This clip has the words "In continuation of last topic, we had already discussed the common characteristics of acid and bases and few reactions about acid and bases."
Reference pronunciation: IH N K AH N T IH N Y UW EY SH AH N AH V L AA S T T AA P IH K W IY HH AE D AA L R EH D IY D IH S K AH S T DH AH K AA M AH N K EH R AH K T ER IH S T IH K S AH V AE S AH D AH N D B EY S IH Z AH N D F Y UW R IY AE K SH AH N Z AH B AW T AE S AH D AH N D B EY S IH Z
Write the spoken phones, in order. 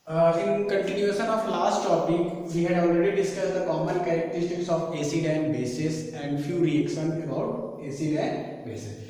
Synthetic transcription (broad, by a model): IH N K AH N T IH N Y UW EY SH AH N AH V L AA S T T AA P IH K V IY HH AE D AA L R EH D IY D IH S K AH S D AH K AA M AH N K EH R AH K T ER IH S T IH K S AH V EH S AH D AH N B EY S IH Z AH N D F Y UW R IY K S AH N AH B AW T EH S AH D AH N B EY S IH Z